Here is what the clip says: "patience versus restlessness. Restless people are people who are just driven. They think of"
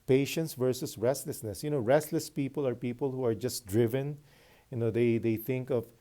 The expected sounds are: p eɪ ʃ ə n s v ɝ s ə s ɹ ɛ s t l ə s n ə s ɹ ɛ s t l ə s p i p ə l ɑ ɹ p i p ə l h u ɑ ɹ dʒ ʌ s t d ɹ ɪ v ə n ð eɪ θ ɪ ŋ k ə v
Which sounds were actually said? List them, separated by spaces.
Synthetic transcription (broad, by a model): p eɪ ʃ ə n s v ɝ s ə s ɹ ɛ s t l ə s n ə s ɹ ɛ s t l ə s p i p ə l ɑ ɹ p i p ə l h u ɑ ɹ dʒ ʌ s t d ɹ ɪ v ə n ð eɪ θ ɪ ŋ k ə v